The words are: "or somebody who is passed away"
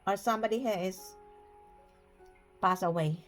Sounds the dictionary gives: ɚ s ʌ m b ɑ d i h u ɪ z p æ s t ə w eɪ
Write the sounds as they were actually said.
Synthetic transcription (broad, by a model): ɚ s ʌ m b ɑ d i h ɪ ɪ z p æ s ə w eɪ